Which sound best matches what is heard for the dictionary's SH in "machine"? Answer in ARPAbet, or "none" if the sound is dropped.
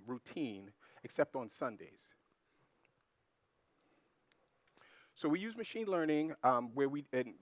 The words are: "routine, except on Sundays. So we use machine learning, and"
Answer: SH